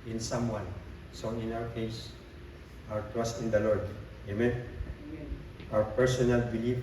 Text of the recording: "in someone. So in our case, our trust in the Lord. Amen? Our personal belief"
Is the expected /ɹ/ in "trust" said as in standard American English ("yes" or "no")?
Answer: no